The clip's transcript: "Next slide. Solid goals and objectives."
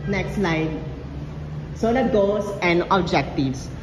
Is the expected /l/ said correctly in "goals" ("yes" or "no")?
no